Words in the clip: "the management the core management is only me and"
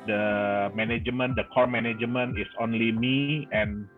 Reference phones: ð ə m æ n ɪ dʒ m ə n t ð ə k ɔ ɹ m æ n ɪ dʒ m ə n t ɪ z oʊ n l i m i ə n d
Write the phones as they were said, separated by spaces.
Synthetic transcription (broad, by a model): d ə m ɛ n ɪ dʒ m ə n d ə k ɔ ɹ m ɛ n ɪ dʒ m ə n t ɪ s oʊ n l i m i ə n